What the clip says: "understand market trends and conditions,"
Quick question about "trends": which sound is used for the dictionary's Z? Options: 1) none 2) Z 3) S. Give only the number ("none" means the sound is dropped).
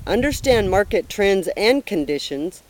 2